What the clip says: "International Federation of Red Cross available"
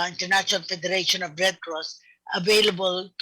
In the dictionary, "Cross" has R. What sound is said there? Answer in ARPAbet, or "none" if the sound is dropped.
R